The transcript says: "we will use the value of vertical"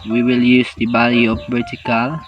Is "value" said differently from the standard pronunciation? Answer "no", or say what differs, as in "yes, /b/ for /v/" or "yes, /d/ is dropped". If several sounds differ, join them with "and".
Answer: yes, /b/ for /v/